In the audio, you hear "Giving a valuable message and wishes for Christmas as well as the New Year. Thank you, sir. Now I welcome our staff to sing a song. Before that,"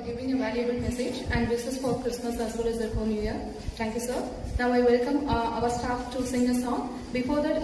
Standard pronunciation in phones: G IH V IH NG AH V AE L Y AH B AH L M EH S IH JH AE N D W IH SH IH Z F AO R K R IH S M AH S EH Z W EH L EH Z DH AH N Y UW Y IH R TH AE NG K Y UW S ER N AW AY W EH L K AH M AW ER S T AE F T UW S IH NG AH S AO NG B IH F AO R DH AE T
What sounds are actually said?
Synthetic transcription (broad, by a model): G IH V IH NG AH V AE L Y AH B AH L M EH S IH JH AE N D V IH S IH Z F AO R K R IH S M AH S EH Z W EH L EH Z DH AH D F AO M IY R T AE NG K Y UW S ER N AW AY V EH L K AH M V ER S T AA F T UW S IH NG AH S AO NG B IH F AO R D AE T